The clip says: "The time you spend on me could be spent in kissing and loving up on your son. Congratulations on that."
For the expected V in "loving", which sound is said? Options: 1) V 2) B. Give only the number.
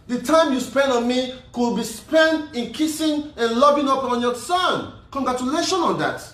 2